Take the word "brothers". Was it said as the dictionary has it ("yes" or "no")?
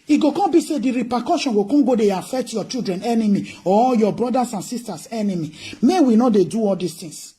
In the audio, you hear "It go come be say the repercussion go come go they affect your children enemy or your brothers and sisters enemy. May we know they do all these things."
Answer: no